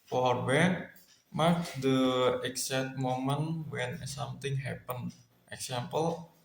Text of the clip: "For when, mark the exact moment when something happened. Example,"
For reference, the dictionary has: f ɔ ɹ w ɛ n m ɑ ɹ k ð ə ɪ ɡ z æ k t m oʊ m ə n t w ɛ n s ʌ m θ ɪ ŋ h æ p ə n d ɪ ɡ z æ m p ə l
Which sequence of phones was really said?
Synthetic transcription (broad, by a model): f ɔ ɹ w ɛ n m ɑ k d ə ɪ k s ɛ t m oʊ m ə n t w ɛ n s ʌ m t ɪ ŋ h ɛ p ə n ɪ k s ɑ m p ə l